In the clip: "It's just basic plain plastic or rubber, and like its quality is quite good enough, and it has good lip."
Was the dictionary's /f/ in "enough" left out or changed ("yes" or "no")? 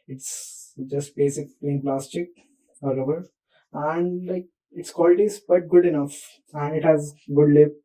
no